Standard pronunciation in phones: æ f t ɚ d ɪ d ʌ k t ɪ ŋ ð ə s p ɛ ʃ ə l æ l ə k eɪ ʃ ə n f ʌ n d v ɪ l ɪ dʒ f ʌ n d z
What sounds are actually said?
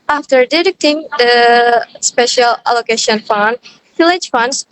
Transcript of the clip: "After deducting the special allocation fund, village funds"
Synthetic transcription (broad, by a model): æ f t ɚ d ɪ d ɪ k t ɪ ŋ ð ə s p ɛ ʃ ə l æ l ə k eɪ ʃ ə n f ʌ n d f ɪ l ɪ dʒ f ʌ n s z